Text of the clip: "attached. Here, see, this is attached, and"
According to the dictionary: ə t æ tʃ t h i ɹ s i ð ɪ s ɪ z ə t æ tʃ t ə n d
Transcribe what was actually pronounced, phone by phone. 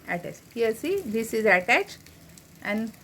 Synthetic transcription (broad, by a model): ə t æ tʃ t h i l s i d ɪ s ɪ z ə t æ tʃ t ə n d